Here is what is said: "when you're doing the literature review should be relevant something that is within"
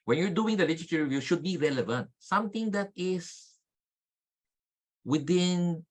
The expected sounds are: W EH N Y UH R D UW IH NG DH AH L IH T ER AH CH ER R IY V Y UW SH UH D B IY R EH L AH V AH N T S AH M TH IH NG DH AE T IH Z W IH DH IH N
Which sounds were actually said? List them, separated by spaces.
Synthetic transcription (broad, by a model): W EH N Y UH R D UW IH NG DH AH L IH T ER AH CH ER R IY V Y UW SH UH D B IY R EH L AH V AH N T S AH M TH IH NG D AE T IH S W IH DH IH N